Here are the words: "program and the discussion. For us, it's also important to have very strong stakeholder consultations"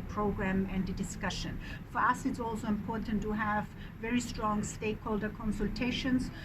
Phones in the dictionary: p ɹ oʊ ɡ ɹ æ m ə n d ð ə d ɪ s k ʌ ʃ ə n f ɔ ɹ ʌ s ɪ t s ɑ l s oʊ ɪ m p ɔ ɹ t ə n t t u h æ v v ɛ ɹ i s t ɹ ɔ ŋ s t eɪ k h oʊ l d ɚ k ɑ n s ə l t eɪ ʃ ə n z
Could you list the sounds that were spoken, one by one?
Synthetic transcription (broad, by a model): p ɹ oʊ ɡ ɹ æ m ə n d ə d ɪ s k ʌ ʃ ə n f ɔ ɹ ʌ s ɪ t s ɑ l s oʊ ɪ m p ɔ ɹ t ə n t t u h æ v v ɛ ɹ i s t ɹ ɔ ŋ s t eɪ k h oʊ l d ɚ k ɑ n s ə l t eɪ ʃ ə n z